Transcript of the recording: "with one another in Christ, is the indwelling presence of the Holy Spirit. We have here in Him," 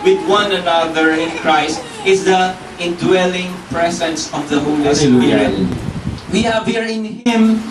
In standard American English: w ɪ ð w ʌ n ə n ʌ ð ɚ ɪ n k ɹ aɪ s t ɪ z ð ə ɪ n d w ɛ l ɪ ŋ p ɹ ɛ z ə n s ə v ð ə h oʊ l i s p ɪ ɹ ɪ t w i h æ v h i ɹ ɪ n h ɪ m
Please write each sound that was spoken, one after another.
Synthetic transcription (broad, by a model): w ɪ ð w ʌ n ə n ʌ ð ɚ ɪ n k ɹ aɪ s t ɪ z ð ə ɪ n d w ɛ l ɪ ŋ p ɹ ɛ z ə n s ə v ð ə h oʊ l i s ɪ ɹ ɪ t w i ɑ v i ɹ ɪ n h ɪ m